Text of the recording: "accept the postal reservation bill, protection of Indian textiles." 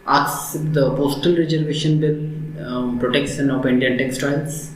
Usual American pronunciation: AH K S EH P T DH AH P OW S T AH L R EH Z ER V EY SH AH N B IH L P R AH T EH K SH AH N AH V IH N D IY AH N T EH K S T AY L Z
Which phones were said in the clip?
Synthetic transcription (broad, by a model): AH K S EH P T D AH P OW S T AH L R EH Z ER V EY SH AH N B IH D P R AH T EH K S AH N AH P IH N D IY AH N T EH K S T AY L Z